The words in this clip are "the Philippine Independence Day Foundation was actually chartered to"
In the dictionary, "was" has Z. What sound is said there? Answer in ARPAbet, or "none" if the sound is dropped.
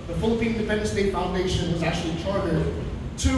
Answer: Z